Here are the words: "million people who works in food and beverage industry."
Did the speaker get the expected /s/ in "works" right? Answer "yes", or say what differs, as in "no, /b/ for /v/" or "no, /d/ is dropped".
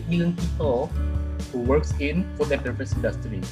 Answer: yes